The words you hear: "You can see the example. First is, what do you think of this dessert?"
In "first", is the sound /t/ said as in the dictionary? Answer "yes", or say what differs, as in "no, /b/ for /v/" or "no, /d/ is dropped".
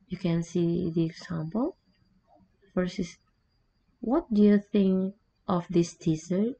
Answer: no, /t/ is dropped